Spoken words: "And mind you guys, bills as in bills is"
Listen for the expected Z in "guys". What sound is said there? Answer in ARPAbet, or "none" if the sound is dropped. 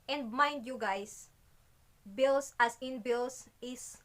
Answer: S